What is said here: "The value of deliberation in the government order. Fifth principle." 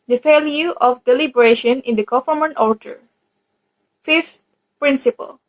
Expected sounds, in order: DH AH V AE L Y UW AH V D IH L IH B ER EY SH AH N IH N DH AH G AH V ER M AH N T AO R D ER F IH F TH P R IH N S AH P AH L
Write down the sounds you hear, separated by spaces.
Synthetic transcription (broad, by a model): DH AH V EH L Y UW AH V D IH L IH B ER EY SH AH N IH N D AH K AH F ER M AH N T AO R D ER F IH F T P R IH N S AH P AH L